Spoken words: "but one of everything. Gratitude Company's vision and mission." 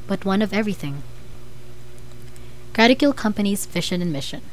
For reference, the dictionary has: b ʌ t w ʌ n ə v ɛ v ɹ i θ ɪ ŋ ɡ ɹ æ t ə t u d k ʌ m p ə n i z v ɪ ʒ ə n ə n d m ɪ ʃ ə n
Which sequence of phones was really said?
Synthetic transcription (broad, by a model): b ʌ t w ʌ n ə v ɛ v ɹ i θ ɪ ŋ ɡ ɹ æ t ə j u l k ʌ m p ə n i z f ɪ ʃ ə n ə n m ɪ ʃ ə n